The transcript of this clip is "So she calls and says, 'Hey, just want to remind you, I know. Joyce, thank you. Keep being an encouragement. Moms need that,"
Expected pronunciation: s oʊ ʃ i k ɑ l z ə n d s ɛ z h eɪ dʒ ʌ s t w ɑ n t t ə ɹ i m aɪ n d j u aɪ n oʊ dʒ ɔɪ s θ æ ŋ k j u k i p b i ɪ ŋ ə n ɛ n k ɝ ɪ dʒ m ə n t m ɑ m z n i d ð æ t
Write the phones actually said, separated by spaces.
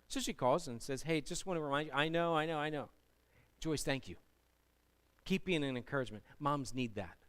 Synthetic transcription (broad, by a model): s oʊ ʃ i k ɑ l z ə n s ɛ z h eɪ dʒ ʌ s t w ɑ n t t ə ɹ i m aɪ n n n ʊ aɪ n oʊ dʒ ɔɪ s θ æ ŋ k j u k i p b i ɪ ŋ ə n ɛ n k ɝ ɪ dʒ m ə n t m ɑ m z n i d ð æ t